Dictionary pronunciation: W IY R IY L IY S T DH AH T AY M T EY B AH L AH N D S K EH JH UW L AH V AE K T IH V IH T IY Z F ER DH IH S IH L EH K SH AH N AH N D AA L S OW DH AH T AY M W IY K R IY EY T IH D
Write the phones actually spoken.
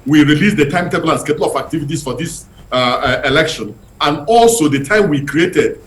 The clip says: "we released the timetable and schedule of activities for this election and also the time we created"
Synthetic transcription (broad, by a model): W IY R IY L IY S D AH T AY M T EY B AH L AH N S K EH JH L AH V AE K T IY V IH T IY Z F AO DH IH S IH L EH K SH AH N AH N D AA L S OW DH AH T AY M W IY K R IY EY T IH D